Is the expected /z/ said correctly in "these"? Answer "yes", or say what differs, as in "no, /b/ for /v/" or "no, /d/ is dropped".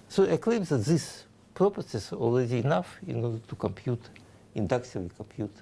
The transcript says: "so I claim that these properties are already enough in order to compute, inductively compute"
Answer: no, /s/ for /z/